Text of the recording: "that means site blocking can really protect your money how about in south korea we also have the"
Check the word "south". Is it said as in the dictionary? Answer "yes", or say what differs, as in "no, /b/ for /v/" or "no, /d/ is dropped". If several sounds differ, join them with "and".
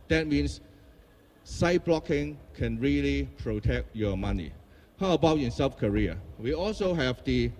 no, /f/ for /θ/